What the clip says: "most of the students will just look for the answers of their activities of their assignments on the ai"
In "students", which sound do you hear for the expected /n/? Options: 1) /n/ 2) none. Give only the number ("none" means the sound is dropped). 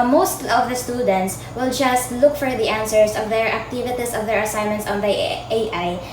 1